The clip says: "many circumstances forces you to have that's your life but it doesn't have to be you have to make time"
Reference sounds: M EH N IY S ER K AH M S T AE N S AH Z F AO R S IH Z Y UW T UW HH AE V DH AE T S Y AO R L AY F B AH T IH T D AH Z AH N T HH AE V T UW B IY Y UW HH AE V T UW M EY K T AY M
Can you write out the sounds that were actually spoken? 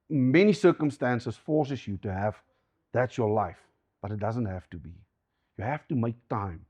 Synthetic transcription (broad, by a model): M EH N IY S ER K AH M S T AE N S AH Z F AO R S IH S Y UW T UW HH AE V DH AE T S Y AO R L AY F B AH T IH T D AH Z AH N T HH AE F T UW B IY Y UW HH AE F T UW M EY K T AY M